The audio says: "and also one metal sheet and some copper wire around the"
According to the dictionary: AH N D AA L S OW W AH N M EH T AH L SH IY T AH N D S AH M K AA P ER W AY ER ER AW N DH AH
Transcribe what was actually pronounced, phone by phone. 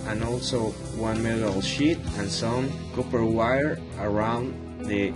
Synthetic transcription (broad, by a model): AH N AA L S OW W AH N M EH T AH L SH IY T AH N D S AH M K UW P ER W AY ER ER AW N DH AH